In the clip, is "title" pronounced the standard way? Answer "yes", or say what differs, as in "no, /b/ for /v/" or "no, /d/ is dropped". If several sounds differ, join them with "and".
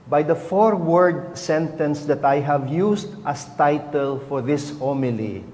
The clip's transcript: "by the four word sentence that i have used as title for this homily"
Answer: yes